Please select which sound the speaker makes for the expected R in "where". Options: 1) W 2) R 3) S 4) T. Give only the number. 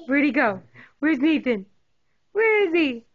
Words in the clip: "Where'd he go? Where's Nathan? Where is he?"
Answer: 2